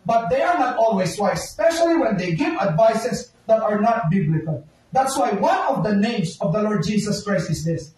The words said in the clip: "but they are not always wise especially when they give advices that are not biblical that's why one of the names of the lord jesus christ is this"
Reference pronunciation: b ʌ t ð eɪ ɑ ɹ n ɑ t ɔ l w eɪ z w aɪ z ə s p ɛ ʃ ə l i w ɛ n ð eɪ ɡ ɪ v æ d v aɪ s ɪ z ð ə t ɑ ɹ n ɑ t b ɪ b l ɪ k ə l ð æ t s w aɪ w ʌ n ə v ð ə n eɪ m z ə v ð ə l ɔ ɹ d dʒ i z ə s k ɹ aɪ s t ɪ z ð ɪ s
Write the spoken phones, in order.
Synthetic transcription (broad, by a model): b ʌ t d eɪ ɑ ɹ n ɑ t ɔ l w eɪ s w aɪ ə s p ɛ ʃ ə l i w ɛ n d eɪ ɡ ɪ v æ d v aɪ s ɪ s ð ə t ɑ ɹ n ɑ t b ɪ b l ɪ k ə l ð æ t s w aɪ w ʌ n ə v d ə n eɪ m s ə v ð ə l ɔ ɹ d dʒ i s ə s k ɹ aɪ s t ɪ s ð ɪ s